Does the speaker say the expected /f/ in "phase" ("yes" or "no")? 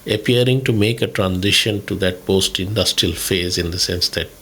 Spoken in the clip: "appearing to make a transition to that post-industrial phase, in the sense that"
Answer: yes